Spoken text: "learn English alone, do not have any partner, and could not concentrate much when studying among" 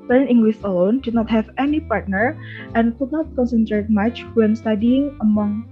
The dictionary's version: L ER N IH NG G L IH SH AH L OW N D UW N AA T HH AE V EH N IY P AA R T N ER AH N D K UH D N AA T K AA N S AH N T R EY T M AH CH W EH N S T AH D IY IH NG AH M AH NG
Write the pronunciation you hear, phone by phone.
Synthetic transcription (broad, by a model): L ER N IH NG G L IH S AH L OW N D UW N AA T HH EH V EH N IY P AA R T N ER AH N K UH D N AA T K AA N S AH N T R EY T M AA CH W EH N S T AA D IY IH NG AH M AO NG